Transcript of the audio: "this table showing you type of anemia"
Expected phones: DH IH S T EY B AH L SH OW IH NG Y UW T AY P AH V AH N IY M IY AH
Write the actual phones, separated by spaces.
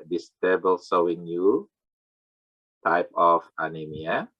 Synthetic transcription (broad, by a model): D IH S T EY B AH L S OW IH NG Y UW T AY P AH F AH N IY M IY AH